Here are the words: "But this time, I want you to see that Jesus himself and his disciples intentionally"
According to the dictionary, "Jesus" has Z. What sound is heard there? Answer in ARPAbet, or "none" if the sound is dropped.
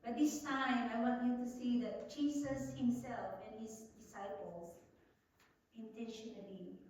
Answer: S